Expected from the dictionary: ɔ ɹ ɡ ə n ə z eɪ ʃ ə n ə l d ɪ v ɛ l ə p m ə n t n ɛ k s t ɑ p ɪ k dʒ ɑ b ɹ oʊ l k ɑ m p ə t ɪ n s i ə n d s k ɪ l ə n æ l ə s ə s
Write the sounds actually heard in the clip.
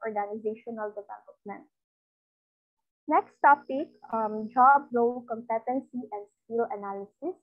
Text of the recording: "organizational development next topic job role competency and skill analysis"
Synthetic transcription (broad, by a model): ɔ ɹ ɡ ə n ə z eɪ ʃ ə n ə l d ɪ v ɛ l ə p m ə n t n ɛ k s t ɑ p ɪ k dʒ ɑ b ɹ oʊ l k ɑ m p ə t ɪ n s i ə n d s k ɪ l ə n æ l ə s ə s